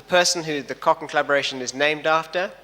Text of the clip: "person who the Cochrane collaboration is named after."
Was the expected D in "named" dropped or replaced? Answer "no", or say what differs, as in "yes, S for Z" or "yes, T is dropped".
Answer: no